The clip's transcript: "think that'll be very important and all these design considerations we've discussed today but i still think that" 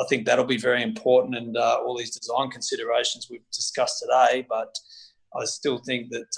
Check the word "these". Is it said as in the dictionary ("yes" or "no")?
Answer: yes